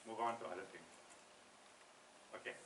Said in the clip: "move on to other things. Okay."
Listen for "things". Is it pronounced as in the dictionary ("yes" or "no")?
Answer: no